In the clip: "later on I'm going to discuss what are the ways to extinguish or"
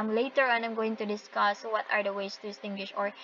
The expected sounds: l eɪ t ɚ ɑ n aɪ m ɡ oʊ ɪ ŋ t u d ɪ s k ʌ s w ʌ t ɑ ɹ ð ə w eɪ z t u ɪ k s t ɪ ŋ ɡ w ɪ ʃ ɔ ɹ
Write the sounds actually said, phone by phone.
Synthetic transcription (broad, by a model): l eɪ t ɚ ɑ n aɪ m ɡ oʊ ɪ ŋ t u d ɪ s k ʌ s w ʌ t ɑ ɹ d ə w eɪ s t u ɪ s t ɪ ŋ ɡ w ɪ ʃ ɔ ɹ